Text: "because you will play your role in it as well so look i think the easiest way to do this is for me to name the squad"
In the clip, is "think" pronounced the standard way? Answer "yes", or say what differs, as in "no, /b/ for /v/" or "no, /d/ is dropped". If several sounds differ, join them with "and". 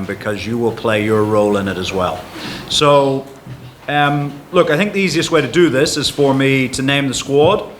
yes